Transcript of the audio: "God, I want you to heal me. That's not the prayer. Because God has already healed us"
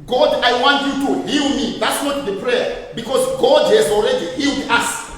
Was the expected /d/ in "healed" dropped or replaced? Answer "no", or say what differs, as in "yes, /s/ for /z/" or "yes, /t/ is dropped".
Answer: no